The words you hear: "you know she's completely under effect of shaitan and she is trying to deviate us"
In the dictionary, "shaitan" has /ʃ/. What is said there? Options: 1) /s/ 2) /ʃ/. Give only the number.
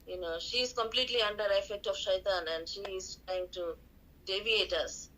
2